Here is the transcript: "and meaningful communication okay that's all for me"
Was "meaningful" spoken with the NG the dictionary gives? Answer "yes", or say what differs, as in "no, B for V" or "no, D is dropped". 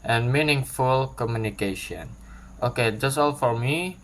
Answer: yes